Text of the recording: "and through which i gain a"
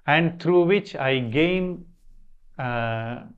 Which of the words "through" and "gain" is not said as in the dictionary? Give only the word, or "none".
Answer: through